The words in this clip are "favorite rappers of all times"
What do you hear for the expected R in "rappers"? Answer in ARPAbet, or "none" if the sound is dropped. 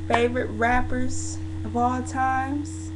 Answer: R